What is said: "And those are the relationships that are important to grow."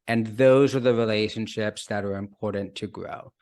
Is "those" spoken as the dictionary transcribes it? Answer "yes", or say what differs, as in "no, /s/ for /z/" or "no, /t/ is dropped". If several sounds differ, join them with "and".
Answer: yes